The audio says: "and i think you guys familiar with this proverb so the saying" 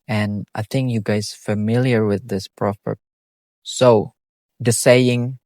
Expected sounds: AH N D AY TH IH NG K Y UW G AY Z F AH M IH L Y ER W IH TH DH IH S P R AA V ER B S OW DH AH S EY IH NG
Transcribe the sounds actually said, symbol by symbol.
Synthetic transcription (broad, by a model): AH N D AY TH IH NG K Y UW G AY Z F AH M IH L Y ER W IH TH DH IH S P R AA P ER S OW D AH S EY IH NG